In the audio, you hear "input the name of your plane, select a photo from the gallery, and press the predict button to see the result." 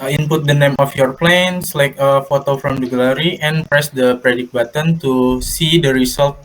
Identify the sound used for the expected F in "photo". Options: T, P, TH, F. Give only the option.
F